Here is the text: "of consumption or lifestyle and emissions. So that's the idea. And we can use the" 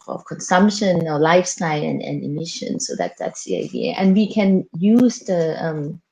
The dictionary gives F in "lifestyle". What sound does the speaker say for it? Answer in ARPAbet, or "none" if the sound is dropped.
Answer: F